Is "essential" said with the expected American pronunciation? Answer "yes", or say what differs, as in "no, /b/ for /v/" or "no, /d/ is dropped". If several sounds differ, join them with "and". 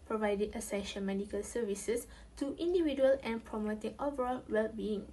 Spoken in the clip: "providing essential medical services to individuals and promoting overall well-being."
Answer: no, /n/ is dropped and /n/ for /l/